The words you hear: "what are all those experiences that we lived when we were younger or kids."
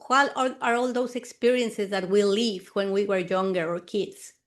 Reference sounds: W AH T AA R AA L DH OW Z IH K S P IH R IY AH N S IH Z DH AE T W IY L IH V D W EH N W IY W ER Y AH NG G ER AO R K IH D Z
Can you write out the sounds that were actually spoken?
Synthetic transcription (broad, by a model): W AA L AA R AA L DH OW S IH K S P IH R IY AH N S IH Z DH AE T W IY L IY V W EH N W IY W ER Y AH NG G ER AO R K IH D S